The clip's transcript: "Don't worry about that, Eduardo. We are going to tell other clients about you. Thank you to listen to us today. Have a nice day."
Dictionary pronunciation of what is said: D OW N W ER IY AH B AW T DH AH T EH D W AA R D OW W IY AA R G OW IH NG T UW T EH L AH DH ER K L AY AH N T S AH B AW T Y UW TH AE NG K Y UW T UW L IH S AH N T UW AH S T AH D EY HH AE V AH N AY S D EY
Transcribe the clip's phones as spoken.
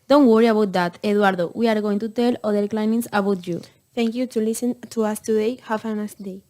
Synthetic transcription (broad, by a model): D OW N W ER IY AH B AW T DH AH T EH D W AA R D OW W IY AA R G OW IH NG T UW T EH L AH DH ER K L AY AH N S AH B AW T Y UW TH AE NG K Y UW T UW L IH S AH N T UW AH S T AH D EY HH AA F AH N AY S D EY